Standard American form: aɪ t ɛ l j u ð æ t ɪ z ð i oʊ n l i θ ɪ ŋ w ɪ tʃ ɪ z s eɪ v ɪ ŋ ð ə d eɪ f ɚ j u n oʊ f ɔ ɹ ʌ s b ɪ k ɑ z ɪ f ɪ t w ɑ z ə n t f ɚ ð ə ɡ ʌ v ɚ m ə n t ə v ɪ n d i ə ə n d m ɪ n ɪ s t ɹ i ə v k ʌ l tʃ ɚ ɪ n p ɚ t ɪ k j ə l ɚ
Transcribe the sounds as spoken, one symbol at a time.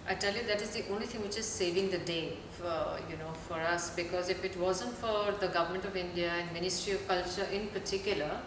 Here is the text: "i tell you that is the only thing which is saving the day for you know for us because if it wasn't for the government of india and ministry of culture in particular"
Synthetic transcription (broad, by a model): aɪ t ɛ l j u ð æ t ɪ z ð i oʊ n l i t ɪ ŋ w ɪ tʃ ɪ z s eɪ v ɪ ŋ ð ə d eɪ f j u n oʊ f ɔ ɹ ʌ s b ɪ k ɑ z ɪ f ɪ t w ɑ z ə n t f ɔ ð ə ɡ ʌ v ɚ m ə n t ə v ɪ n d i ə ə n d m ɪ n ɪ s t ɹ i ə v k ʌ l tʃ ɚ ɪ n p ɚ t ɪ k j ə l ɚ